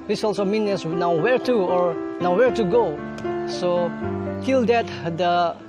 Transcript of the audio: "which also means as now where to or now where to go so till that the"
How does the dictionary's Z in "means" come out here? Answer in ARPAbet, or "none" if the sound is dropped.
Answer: none